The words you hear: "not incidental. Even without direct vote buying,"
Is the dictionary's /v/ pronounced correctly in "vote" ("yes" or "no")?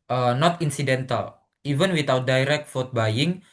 no